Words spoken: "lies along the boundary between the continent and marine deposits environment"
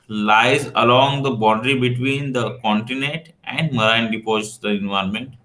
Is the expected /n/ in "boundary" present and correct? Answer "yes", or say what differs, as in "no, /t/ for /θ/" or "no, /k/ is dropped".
no, /n/ is dropped